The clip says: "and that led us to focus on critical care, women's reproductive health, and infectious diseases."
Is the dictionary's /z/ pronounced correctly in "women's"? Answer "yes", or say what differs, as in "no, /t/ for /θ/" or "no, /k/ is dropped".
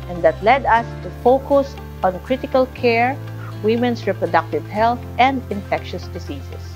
no, /s/ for /z/